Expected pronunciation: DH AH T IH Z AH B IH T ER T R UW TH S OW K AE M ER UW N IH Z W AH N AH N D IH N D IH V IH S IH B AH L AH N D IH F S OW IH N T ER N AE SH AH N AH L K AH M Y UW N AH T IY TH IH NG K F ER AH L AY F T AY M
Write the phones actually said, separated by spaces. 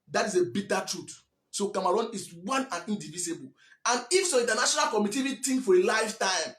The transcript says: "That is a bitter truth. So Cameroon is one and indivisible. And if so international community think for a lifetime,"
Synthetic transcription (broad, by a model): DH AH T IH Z AH B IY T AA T R UW T S OW K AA M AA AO N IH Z W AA N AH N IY N D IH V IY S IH B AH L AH N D IH F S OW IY N T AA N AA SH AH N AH L K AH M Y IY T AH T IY T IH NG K F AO AH L AY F T AY M